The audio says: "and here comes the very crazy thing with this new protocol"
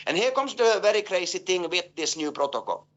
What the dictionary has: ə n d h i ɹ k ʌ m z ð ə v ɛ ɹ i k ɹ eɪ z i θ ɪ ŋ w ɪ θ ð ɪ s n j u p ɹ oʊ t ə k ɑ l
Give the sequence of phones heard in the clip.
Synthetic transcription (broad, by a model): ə n h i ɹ k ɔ m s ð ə v ɛ ɹ i k ɹ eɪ s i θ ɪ ŋ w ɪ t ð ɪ s n j u p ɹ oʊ t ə k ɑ l